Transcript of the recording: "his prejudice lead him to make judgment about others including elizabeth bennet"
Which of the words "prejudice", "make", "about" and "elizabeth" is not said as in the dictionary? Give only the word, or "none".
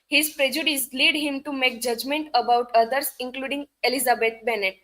elizabeth